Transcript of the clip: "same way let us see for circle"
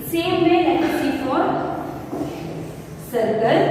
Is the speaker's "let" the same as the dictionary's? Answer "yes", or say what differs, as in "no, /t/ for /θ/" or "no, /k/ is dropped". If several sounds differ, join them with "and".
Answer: no, /n/ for /l/